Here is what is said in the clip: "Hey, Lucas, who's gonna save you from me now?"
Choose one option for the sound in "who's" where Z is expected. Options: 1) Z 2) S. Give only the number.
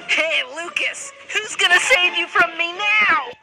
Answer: 1